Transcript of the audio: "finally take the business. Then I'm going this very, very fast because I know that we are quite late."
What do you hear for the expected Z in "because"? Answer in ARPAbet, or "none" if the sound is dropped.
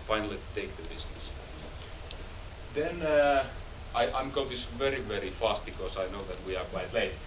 S